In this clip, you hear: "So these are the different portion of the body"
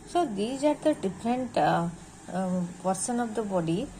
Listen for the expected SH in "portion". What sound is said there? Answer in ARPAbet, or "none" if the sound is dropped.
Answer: S